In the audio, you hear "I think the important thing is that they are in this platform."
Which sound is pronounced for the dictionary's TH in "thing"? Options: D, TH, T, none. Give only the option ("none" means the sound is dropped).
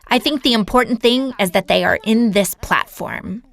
TH